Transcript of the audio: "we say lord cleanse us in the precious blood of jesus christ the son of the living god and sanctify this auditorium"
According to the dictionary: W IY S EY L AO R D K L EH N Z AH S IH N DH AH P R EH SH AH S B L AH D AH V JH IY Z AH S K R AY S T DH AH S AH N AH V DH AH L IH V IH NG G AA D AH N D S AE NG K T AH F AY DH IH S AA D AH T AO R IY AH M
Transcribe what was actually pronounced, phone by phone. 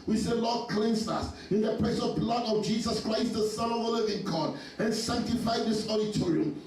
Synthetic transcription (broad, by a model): W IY S EY L AO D K L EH N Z AH S IH N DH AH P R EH S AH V B L AH D AH V JH IY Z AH S K R AY S T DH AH S AH N AH V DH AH L IH V IH NG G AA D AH N S AE NG K T AH F AY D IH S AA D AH T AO R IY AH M